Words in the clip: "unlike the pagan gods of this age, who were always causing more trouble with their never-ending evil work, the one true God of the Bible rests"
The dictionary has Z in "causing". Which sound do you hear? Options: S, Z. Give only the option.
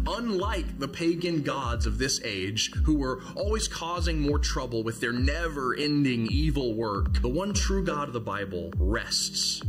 Z